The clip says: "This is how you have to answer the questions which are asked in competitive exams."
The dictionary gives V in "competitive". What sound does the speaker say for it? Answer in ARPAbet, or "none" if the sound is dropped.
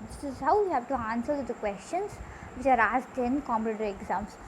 none